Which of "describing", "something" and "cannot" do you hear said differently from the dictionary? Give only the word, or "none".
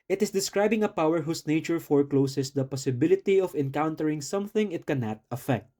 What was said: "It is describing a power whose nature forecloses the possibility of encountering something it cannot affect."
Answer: none